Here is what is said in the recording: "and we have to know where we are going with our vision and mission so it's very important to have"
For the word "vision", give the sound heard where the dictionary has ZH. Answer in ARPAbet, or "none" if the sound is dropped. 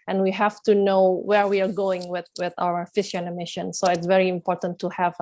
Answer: SH